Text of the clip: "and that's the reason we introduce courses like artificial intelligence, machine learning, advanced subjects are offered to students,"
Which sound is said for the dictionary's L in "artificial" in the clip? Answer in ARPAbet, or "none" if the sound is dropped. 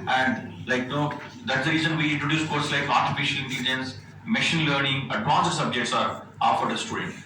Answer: L